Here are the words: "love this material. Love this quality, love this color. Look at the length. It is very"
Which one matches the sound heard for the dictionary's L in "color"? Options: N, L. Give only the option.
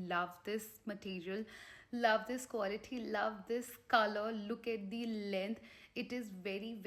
L